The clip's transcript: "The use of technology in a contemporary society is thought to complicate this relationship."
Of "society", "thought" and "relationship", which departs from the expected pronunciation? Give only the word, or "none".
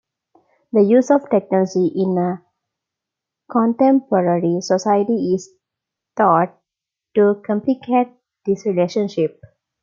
thought